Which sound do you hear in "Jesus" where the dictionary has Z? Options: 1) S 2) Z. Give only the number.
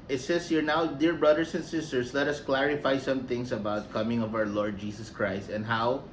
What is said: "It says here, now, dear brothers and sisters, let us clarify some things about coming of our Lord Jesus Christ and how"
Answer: 1